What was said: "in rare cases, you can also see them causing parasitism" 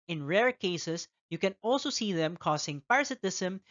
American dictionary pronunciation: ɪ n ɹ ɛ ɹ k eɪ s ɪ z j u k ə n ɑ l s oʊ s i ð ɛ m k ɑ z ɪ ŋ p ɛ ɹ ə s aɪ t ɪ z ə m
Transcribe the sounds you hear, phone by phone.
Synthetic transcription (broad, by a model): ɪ n ɹ ɛ ɹ k eɪ s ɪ s j u k ə n ɑ l s oʊ s i ð ɛ m k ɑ s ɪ ŋ p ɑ ɹ s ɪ t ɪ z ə m